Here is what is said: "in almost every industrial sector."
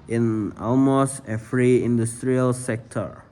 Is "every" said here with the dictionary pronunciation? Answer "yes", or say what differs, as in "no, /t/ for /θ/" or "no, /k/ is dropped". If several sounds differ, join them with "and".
no, /f/ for /v/